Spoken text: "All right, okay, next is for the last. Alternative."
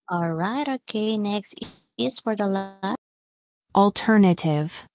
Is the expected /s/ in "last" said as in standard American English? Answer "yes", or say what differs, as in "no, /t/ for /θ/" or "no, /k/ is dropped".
no, /s/ is dropped